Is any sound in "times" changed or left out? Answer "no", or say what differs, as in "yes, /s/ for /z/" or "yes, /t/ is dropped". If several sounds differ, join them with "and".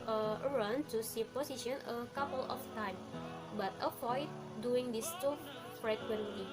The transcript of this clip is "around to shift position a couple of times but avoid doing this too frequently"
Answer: yes, /z/ is dropped